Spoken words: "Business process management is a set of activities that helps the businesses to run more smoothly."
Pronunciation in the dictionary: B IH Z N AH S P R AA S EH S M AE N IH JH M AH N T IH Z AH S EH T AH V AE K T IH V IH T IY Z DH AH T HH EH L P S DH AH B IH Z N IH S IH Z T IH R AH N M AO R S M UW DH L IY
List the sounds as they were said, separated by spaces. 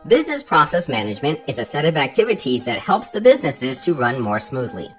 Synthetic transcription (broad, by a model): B IH Z N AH S P R AA S EH S M AE N IH JH M AH N T IH Z AH S EH T AH V AE K T IH V IH T IY Z DH AH T HH EH L P S DH AH B IH Z N IH S IH Z T IH R AH N M AO R S M UW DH L IY